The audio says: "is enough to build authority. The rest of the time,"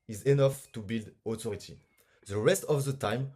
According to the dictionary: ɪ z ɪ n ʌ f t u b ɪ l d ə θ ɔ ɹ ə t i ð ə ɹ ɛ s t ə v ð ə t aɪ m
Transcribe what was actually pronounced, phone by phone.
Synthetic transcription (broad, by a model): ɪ z ɪ n ʌ f t u b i l d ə t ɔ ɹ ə t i ð ə ɹ ɛ s t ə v ð ə t aɪ m